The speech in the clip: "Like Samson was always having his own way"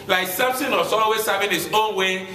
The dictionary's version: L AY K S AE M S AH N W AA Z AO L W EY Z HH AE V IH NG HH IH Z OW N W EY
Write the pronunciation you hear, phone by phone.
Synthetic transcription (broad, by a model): L AY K S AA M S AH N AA S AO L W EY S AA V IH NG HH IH S OW N W EY